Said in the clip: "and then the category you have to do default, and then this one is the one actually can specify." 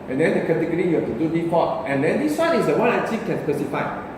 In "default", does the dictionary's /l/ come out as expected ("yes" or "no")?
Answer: no